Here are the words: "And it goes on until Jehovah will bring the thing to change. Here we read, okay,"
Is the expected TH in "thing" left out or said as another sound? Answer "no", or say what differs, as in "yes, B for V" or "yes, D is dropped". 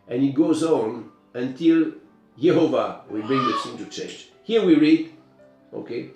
yes, S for TH